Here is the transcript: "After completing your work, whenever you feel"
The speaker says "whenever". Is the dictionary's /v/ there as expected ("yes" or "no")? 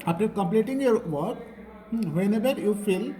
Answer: no